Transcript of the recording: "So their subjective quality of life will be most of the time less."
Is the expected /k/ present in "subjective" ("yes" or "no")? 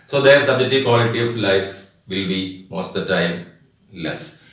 no